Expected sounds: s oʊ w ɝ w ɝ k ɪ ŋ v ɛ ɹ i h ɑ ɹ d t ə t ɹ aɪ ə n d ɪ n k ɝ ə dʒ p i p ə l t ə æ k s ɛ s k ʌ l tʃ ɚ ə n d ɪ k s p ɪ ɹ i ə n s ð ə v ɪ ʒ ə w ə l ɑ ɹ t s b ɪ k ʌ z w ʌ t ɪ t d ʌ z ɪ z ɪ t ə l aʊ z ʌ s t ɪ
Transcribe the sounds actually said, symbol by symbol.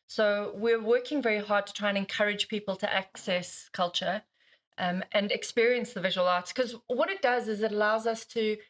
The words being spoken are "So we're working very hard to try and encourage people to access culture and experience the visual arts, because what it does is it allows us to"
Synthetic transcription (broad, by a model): s oʊ w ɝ w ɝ k ɪ ŋ v ɛ ɹ i h ɑ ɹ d t ə t ɹ aɪ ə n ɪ n k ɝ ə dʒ p i p ə l t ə æ k s ɛ s k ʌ l tʃ ɚ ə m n ɪ k s p ɪ ɹ i ə n s ð ə v ɪ ʒ ə w ə l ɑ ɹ t s k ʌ z w ʌ t ɪ t d ʌ z ɪ z ɪ t ə l aʊ z ʌ s t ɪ